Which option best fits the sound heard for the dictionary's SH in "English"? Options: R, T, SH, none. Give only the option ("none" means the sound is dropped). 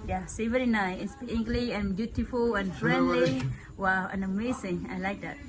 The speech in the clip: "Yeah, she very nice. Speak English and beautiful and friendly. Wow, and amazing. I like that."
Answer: none